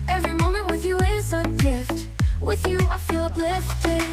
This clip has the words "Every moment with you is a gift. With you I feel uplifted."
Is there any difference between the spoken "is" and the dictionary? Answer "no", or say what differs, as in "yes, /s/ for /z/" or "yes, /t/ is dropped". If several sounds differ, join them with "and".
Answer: yes, /s/ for /z/